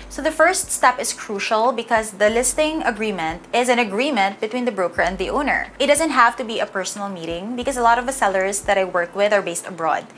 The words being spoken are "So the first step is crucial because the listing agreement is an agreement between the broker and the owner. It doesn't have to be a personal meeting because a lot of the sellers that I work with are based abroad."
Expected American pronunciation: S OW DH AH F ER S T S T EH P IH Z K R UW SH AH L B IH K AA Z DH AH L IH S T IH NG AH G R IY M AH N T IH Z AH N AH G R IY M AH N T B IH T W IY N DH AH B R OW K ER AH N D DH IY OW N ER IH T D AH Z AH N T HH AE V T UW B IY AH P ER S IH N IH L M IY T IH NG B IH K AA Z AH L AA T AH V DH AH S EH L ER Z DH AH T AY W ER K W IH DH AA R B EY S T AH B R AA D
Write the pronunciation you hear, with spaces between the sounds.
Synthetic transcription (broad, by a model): S OW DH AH F ER S T S T EH P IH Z K R UW SH AH L B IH K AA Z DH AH L IH S T IH NG AH G R IY M AH N T IH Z AH N AH G R IY M AH N T B IH T W IY N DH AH B R OW K ER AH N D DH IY OW N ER IH T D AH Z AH N T HH AE V T UW B IY AH P ER S IH N IH L M IY T IH NG B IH K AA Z AH L AA T AH V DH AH S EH L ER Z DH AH T AY W ER K W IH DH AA R B EY S T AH B R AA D